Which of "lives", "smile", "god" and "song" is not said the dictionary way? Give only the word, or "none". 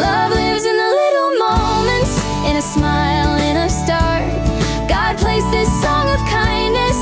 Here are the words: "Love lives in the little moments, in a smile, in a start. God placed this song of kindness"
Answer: none